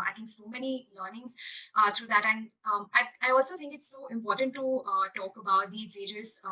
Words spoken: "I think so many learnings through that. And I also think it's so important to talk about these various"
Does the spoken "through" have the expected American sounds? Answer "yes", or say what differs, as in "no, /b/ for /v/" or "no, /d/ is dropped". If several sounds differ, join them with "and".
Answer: no, /t/ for /θ/